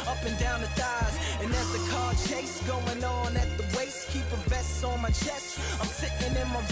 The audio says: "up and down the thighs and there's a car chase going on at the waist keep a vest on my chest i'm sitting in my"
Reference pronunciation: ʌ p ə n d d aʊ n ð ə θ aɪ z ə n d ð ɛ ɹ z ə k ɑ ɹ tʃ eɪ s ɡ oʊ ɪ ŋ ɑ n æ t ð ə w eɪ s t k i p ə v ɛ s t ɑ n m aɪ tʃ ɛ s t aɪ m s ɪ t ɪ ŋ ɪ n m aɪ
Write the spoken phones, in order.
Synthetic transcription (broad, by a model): ʌ p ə n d d aʊ n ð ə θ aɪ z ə n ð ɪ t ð ə k ɑ ɹ tʃ eɪ s ɡ oʊ ɪ ŋ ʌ n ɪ t ð ə w eɪ s k i p ə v ɛ s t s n m aɪ tʃ ɛ s t aɪ m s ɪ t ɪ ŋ ɪ n m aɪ